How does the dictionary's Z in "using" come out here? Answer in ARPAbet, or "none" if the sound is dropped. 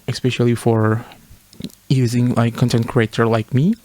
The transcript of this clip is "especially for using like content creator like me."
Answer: Z